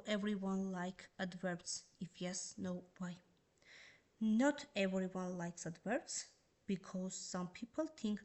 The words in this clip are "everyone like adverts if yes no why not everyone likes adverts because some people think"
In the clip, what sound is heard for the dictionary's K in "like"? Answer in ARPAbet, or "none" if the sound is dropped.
K